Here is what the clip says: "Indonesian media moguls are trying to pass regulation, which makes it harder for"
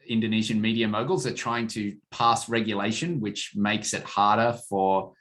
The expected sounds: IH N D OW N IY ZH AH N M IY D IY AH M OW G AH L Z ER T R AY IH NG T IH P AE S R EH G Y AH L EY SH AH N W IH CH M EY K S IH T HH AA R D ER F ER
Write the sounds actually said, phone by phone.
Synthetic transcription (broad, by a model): IH N D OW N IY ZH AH N M IY D IY AH M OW G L Z ER T R AY IH NG T IH P AE S R EH G Y AH L EY SH AH N W IH CH M EY K S IH T HH AA R D ER F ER